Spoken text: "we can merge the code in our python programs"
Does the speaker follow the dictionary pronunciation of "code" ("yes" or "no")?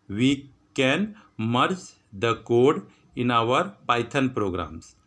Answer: yes